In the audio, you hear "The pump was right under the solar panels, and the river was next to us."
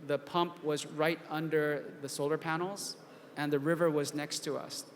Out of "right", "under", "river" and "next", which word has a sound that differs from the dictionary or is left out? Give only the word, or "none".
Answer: none